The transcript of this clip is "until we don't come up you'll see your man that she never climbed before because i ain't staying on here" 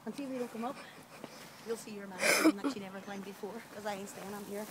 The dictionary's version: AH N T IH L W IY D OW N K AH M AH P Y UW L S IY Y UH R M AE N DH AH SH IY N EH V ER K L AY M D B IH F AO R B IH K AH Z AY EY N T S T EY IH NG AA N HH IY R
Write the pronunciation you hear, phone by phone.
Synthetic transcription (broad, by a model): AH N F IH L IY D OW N K AH M AH P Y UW L S IY Y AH R M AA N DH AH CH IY N EH V ER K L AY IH B IH F AO R K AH Z AY EY N T S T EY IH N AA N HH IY R